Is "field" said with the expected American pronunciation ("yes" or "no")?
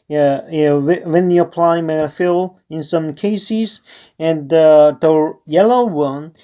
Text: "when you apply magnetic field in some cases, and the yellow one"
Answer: no